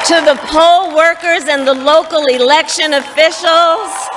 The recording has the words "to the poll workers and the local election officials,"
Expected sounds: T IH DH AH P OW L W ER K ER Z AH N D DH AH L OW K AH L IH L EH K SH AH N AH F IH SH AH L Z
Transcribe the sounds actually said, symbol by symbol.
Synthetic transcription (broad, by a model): T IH DH AH P OW L W ER K ER Z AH N DH AH L OW K L IH L EH K SH AH N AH F IH SH L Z